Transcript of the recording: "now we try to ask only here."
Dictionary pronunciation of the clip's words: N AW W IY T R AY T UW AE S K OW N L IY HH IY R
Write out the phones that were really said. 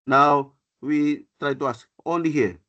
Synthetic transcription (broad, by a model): N AW W IY T R AY T UW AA S OW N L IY HH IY